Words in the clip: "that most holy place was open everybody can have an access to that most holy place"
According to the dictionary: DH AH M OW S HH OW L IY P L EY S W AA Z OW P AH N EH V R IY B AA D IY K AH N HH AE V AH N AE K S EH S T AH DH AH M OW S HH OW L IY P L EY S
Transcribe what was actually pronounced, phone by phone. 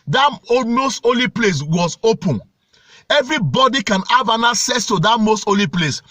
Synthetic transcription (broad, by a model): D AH M OW S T OW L IY P L EY S W AA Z OW P AH N EH V R IY B AA D IY K AH N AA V AH N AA S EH S T AH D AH M OW S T OW L IY P L EY S